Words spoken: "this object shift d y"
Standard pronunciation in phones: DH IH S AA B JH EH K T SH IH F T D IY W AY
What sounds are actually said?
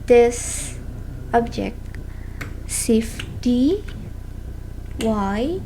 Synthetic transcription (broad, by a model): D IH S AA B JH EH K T S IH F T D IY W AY